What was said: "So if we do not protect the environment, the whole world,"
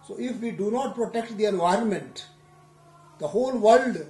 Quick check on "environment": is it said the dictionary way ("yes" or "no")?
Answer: yes